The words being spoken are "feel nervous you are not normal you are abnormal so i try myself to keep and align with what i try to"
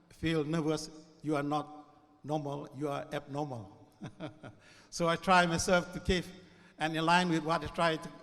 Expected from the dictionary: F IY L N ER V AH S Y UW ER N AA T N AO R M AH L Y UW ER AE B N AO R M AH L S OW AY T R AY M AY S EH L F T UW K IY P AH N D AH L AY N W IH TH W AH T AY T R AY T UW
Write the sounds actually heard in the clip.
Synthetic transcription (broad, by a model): F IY L N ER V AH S Y UW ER N AA T N AO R M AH L Y UW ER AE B N AO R M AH L S OW AY T R AY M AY S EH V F T UW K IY F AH N AH L AY N W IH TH W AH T AY T R AY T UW